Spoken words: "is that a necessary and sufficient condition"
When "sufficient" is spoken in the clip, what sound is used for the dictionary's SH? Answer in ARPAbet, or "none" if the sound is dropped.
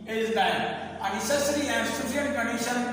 none